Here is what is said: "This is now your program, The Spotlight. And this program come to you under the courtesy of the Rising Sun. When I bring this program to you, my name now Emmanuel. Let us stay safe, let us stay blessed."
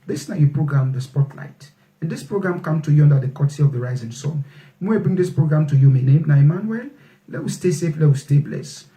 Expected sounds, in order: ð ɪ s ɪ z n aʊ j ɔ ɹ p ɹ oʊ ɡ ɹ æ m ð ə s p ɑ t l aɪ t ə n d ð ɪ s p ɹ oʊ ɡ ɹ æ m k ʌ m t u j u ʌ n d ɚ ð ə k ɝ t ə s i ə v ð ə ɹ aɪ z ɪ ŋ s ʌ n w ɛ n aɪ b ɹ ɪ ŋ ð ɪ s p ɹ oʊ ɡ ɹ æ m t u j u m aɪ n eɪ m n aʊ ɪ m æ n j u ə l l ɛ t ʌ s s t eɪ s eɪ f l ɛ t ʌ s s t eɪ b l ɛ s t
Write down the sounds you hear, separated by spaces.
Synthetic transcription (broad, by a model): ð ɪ s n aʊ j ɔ p ɹ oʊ ɡ ɹ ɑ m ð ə s p ɑ t l aɪ t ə n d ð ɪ s p ɹ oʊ ɡ ɹ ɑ m k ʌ m t u j u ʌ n d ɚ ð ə k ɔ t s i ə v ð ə ɹ aɪ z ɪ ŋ s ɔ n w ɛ aɪ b ɹ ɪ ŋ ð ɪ s p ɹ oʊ ɡ ɹ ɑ m t u j u m aɪ n eɪ m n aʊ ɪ m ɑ n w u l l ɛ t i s s t eɪ s eɪ f l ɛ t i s s t eɪ b l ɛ s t